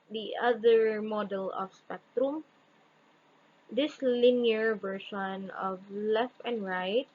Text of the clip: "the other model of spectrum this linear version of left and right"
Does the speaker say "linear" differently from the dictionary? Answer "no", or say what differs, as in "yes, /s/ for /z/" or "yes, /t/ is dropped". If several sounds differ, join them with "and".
no